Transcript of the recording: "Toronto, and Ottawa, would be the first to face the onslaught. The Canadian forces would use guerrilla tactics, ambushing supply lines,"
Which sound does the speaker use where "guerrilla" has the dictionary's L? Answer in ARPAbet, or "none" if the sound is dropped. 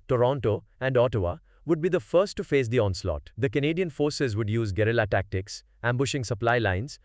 L